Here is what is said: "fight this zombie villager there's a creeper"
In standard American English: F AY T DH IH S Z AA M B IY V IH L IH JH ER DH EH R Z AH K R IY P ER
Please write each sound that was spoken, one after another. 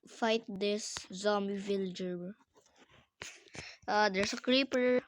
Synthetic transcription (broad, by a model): F AY T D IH S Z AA M IY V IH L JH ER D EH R S AH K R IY P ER